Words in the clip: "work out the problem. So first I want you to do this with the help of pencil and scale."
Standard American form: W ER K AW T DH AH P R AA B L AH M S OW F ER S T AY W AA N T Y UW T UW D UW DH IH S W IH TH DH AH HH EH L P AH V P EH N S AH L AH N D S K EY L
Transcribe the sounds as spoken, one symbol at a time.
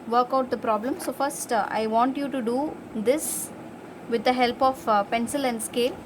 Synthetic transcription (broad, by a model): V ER K AW T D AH P R AA B L AH M S OW F ER S T AY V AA N T Y UW T UW D UW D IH S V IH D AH HH EH L P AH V P EH N S AH L AH N D S K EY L